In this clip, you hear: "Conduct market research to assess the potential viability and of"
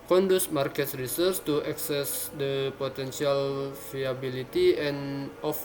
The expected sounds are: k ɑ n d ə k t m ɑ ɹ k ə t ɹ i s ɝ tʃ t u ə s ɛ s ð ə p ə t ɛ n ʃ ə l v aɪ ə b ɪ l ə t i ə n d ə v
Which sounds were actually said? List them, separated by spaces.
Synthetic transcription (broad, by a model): k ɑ n d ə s m ɑ ɹ k ə t ɹ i s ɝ s t u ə s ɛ s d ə p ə t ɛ n s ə l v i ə b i l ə t i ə n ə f